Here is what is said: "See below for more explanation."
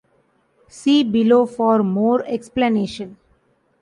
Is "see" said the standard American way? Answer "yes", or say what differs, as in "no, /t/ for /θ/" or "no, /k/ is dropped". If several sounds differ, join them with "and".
yes